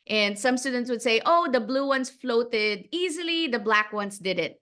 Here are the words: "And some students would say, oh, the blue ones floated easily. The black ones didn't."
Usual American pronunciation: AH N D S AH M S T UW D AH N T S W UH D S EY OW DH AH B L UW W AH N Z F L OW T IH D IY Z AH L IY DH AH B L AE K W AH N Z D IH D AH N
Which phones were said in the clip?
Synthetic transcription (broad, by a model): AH N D S AH M S T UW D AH N T S W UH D S EY OW DH AH B L UW W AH N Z F L OW T IH D IY Z AH L IY DH AH B L AE K W AH N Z D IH D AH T